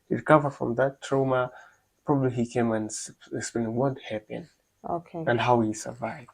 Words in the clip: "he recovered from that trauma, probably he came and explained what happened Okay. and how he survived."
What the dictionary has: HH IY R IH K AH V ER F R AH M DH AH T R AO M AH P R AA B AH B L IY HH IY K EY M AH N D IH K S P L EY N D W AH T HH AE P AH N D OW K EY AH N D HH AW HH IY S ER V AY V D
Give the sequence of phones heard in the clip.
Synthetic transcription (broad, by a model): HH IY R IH K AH V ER F R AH M DH AH T R AO M AH P R AA B AH B L IY HH IY K EY M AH N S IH K S P L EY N W AH T HH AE P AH N OW K EY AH N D HH AW HH IY S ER V AY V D